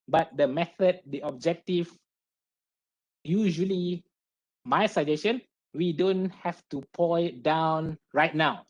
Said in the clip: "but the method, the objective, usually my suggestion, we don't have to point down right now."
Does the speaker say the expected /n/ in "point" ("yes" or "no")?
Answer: no